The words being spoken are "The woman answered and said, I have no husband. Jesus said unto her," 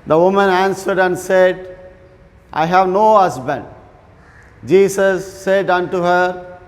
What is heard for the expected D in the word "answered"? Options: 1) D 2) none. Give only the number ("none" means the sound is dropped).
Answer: 1